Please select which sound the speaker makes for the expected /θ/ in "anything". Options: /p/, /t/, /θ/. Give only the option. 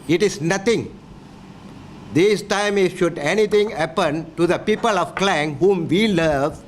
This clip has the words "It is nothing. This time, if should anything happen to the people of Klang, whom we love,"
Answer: /t/